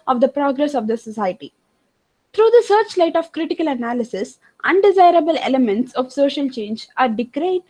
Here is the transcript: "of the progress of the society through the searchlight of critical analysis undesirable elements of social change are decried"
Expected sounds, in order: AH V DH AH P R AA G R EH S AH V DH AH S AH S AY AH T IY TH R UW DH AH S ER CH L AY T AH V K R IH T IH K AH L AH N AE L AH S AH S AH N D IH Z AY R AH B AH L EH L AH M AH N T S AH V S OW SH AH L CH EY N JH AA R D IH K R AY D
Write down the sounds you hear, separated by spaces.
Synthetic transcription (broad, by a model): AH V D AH P R AA G R EH S AH V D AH S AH S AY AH T IY T R UW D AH S ER CH L AY T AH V K R IH T IH K AH L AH N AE L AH S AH S AH N D IH Z AY R AH B AH L EH L AH M AH N T S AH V S OW SH AH L CH EY N JH AA R D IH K R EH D